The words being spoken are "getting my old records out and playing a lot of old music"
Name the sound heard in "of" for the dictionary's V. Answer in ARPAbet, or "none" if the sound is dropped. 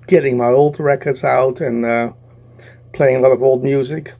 V